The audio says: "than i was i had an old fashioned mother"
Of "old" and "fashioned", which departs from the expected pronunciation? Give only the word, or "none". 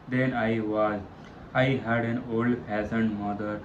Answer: fashioned